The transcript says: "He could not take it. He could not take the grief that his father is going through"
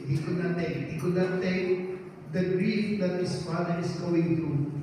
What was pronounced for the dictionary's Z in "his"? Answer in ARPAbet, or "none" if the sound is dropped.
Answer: S